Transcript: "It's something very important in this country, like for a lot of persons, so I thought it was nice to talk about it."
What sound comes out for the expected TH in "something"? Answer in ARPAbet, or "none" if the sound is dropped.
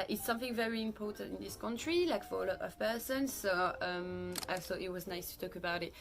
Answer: TH